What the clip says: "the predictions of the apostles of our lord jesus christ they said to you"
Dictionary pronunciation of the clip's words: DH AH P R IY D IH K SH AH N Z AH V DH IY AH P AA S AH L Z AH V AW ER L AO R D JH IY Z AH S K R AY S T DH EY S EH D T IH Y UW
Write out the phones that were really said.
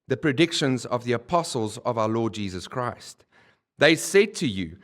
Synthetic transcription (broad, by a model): DH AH P R IY D IH K SH AH N Z AH V DH IY AH P AA S AH L Z AH V AW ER L AO D JH IY Z AH S K R AY S T DH EY S EH D T IH Y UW